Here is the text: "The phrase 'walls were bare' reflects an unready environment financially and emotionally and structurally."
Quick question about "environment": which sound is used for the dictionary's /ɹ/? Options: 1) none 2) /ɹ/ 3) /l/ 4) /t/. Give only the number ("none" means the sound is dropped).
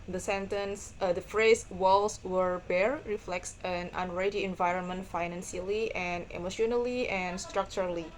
2